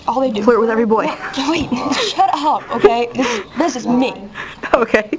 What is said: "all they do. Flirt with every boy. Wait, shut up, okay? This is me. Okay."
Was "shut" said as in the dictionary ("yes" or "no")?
yes